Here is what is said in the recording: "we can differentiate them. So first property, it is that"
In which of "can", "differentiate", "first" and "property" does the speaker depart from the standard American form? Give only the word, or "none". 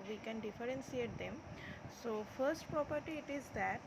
differentiate